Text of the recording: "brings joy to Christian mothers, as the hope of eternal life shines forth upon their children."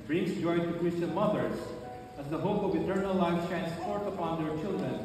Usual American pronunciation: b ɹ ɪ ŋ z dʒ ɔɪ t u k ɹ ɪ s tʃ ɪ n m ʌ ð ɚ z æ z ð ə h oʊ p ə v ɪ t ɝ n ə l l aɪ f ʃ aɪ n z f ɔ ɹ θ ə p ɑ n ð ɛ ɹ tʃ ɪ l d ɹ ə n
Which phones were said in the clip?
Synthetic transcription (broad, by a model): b ɹ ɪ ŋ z dʒ ɔɪ t u k ɹ ɪ s tʃ ɪ n m ʌ ð ɚ z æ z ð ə h oʊ p ə v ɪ t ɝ n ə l l aɪ f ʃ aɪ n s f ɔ ɹ t ə p ɑ n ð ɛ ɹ tʃ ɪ l d ɹ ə n